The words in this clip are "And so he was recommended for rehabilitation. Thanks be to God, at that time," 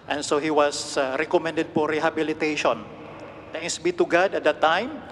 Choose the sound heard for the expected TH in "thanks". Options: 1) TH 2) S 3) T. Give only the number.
3